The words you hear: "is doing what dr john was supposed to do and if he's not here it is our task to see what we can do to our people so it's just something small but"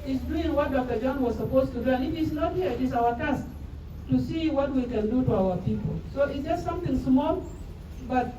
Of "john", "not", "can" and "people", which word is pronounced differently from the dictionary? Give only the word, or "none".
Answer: none